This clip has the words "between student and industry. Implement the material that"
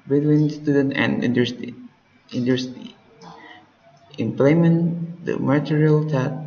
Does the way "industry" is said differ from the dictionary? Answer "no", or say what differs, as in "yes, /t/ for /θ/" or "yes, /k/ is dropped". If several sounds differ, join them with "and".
yes, /ɹ/ is dropped